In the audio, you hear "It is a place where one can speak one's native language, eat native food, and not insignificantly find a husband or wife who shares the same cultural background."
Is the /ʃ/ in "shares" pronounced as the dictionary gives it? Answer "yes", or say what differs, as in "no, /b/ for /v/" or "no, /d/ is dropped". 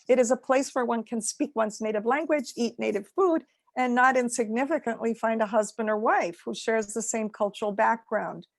yes